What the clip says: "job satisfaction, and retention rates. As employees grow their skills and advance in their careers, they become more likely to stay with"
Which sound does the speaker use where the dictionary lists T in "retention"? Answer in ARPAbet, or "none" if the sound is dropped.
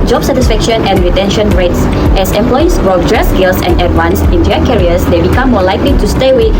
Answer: T